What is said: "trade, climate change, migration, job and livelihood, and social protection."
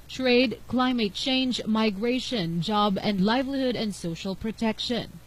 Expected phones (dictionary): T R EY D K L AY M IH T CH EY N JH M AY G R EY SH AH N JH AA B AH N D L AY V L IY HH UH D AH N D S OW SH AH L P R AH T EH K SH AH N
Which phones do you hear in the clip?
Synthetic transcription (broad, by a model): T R EY D K L AY M IH T CH EY N JH M AY G R EY SH AH N JH AA B AH N D L AY V L IY HH UH D AH N D S OW SH AH L P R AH T EH K SH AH N